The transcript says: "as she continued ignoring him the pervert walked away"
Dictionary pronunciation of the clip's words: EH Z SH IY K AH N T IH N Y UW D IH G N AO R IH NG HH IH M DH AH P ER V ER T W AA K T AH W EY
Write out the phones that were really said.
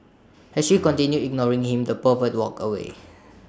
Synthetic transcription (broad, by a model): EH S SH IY K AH N T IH N Y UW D IH G N AO R IH NG HH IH M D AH P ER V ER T W AA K AH W EY